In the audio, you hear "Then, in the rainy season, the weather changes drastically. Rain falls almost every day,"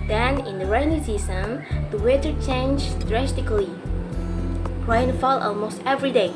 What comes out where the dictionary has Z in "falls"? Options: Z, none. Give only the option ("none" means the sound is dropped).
none